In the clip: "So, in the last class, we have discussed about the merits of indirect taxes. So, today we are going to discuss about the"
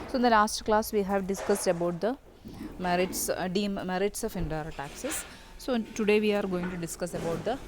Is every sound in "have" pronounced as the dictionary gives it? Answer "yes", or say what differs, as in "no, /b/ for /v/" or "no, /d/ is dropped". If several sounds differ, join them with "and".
yes